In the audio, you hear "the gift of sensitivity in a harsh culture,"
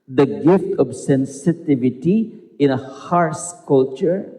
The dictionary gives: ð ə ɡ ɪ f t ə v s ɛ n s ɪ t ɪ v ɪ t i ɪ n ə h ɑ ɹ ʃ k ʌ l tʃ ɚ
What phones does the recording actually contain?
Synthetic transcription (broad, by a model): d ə ɡ ɪ f t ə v s ɛ n s ɪ t ɪ v ɪ t i ɪ n ə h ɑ ɹ s k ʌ l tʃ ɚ